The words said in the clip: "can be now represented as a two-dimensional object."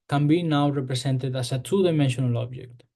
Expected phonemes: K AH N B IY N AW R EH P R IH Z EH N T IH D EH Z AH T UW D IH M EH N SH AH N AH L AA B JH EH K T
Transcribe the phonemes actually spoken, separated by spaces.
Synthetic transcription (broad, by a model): K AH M B IY N AW R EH P R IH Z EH N T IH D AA S AH S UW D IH M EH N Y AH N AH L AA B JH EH K T